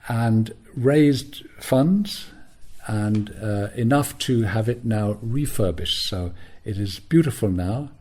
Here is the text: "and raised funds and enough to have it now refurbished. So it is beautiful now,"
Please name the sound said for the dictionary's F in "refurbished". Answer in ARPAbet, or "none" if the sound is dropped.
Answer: F